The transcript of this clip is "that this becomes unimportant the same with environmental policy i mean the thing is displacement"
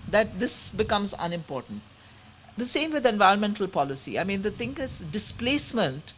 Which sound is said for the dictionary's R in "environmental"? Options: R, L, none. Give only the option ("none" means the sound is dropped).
R